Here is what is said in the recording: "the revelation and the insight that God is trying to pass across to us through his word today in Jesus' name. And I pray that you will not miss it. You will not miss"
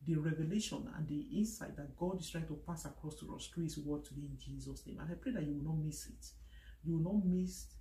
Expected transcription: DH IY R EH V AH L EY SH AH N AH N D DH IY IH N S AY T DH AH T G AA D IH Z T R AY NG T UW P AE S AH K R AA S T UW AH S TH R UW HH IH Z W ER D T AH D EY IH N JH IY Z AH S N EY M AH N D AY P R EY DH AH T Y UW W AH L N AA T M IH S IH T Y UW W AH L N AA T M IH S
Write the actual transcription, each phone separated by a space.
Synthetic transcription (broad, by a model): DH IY R EH V AH L EY SH AH N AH N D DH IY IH N S AY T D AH T G AA D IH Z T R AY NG T UW P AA S AH K R AA S T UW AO S T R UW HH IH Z W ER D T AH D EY IH N JH IY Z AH S N EY M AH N AY P R EY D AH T Y UW W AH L N AA T M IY S IH T Y UW W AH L N AA T M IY S